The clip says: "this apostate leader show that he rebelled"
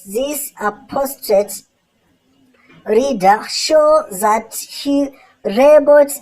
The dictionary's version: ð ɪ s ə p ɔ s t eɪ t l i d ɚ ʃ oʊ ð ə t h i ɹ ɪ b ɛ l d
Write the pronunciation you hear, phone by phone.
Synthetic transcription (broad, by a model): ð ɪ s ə p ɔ s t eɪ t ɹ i d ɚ ʃ oʊ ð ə t h i ɹ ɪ b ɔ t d